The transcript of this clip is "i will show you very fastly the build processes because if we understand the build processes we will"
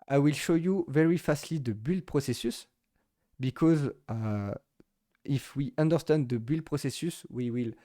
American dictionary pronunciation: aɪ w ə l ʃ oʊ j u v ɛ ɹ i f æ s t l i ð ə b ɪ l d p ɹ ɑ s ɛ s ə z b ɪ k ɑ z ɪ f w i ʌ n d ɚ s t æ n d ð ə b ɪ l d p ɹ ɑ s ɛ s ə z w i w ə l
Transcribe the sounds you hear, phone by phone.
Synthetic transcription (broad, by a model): aɪ w ə l ʃ oʊ j u v ɛ ɹ i f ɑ s t l i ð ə b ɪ l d p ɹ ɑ s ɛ s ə s b ɪ k ɑ z ɪ f w i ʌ n d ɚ s t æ n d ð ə b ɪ l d p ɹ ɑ s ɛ s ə s w i w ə l